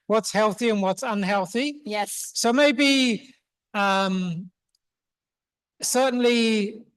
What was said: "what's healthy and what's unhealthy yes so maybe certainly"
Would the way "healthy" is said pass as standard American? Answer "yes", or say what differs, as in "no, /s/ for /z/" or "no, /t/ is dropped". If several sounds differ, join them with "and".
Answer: yes